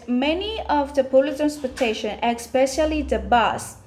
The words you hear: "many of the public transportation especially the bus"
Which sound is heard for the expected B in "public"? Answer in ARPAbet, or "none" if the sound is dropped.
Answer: none